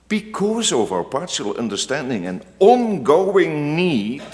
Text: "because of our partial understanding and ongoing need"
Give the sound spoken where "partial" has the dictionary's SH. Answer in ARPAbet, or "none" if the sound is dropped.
none